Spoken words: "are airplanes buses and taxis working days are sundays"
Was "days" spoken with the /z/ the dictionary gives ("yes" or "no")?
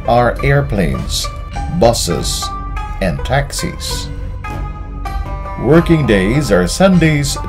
yes